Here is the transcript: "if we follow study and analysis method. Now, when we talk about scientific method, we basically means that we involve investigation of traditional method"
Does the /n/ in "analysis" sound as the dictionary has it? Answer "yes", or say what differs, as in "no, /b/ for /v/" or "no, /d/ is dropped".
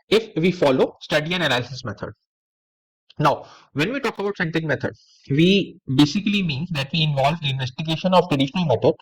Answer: no, /l/ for /n/